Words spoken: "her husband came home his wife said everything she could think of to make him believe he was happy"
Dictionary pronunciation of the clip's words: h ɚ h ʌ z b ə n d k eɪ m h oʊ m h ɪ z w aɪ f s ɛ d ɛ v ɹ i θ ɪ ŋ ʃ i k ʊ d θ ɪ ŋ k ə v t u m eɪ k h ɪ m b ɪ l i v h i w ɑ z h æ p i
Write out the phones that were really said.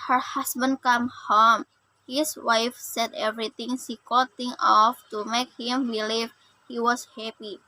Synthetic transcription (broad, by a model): h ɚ h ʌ s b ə n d k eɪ m h oʊ m h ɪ s w aɪ f s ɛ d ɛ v ɹ i t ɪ ŋ s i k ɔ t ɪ ŋ ə f t u m eɪ k h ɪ m b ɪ l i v h i w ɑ s h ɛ p i